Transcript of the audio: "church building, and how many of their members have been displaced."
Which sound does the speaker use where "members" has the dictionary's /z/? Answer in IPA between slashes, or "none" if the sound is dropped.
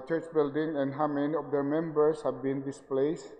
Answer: /s/